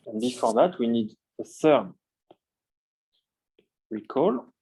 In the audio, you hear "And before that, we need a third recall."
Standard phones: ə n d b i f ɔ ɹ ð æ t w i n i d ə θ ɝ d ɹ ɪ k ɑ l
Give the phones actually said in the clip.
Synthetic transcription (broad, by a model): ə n b i f ɔ ɹ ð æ t w i n i d ə s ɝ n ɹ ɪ k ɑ l